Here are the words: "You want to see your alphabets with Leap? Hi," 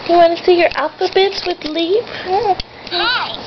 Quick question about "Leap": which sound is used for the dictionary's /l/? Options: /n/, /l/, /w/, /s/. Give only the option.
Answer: /l/